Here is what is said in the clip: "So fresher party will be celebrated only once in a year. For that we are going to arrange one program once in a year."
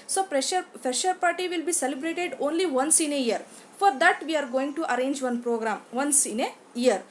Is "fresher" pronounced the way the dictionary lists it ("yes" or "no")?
no